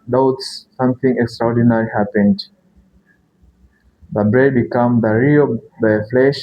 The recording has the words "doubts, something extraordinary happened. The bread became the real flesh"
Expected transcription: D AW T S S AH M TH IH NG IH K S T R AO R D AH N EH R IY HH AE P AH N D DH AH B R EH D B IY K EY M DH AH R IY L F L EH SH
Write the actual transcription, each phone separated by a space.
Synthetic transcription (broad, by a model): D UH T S S AH M TH IH NG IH K S T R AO R D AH N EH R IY HH AE P AH N D DH AH B R EH D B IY K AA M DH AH R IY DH F L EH SH